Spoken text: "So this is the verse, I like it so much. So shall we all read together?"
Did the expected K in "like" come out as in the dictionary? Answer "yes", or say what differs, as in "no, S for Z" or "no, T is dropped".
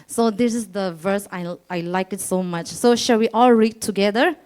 yes